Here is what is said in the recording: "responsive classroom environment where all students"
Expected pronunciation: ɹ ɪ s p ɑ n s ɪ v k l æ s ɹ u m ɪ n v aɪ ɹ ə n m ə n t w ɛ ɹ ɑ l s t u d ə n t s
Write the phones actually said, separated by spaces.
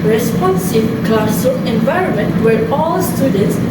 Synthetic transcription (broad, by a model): ɹ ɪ s p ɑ n s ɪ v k l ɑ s u ɪ n v aɪ ɹ ə n m ə n t w ɛ ɹ ɑ l s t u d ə n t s